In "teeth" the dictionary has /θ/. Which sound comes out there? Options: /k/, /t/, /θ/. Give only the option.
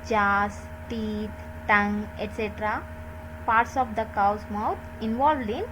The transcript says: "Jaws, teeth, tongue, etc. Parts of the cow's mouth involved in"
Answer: /t/